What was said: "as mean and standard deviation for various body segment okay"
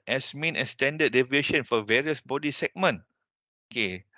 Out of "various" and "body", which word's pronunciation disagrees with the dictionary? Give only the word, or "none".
none